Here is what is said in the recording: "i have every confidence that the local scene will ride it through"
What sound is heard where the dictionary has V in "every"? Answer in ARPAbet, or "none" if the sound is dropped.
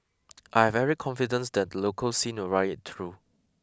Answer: none